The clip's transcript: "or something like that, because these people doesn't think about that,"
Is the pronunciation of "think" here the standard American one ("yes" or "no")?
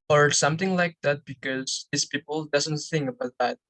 yes